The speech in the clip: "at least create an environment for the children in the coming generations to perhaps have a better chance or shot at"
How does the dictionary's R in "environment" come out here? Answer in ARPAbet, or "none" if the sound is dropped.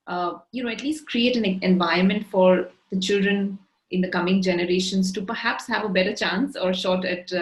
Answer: none